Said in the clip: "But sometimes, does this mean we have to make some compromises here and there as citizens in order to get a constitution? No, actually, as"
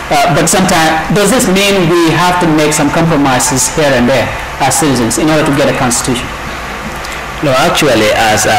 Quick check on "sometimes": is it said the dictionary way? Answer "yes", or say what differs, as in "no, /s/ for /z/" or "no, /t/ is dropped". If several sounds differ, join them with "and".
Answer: no, /z/ is dropped